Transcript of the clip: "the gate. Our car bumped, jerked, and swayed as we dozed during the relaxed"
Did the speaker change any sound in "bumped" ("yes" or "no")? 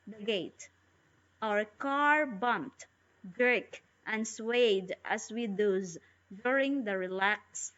no